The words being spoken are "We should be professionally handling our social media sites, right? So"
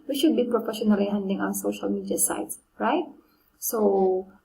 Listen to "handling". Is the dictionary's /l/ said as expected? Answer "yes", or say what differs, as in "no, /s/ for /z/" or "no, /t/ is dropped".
no, /l/ is dropped